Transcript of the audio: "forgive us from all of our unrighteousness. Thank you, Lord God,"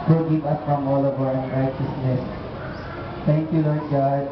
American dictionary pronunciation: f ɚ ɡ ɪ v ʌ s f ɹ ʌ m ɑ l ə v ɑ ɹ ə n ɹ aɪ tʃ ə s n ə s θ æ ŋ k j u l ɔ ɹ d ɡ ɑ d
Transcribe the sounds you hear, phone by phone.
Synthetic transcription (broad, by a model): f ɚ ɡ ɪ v ʌ s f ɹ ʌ m ɑ l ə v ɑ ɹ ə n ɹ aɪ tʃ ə s n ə s t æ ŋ k j u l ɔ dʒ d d